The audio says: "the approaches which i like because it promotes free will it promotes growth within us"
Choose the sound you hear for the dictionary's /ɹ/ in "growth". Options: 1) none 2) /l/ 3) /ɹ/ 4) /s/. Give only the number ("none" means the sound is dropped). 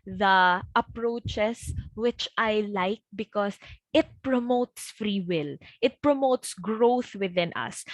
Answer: 3